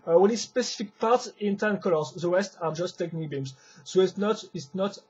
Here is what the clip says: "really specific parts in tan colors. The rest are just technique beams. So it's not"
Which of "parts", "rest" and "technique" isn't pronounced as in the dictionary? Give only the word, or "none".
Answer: rest